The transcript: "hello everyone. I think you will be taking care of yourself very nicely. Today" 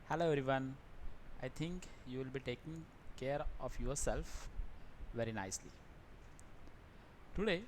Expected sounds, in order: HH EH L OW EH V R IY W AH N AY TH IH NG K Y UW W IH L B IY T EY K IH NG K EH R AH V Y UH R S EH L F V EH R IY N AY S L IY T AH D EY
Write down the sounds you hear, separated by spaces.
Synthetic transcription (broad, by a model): HH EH L OW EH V R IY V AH N AY T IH NG K Y UW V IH L B IY T EY K IH NG K EH R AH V Y UH R S EH L F V EH R IY N AY S L IY T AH D EY